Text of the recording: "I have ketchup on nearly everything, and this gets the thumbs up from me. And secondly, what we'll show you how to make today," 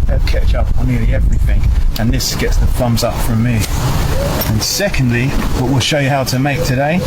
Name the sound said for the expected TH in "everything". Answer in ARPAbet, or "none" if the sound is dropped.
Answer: TH